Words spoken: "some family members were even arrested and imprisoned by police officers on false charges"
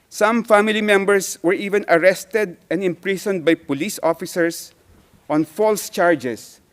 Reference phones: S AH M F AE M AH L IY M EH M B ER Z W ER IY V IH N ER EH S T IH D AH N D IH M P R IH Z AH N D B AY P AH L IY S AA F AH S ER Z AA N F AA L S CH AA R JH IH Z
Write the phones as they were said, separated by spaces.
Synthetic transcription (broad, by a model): S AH M F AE M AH L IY M EH M B ER S W ER IY V IH N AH EH S T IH D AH N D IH M P R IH S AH N D B AY P AH L IY S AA F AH S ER S AA N F AA L S CH AA R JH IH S